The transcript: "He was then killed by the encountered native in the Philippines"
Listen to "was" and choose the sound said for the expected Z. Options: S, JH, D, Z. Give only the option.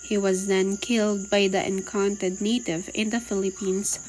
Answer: Z